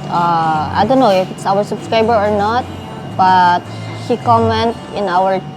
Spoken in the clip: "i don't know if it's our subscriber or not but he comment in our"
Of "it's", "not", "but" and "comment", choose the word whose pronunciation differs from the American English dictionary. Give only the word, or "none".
none